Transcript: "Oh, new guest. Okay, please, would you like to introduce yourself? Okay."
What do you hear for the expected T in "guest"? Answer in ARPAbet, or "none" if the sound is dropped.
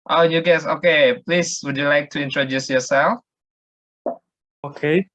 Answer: none